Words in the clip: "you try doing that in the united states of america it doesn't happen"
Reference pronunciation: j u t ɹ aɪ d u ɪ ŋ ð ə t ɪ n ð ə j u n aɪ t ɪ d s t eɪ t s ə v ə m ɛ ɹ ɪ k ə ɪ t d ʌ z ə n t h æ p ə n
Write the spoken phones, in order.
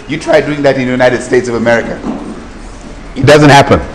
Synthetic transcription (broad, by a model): j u t ɹ aɪ d u ɪ ŋ ð ə t ɪ n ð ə j u n aɪ t ɪ d s t eɪ t s ə v ə m ɛ ɹ ɪ k ə ɪ t d ʌ z ə n t h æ p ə n